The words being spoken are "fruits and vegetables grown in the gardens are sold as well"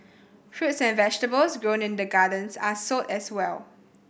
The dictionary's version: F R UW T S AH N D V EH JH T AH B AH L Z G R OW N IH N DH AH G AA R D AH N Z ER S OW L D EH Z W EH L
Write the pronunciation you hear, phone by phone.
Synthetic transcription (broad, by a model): F R UW T S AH N V EH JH T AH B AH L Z G R OW N IH N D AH G AA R D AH N S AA S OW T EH S W EH L